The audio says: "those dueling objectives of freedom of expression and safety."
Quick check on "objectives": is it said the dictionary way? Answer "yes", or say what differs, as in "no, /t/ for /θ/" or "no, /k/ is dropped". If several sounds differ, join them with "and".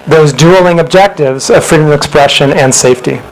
yes